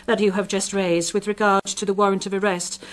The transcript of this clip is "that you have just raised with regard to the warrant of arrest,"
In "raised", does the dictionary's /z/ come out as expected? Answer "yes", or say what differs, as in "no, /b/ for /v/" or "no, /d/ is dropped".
yes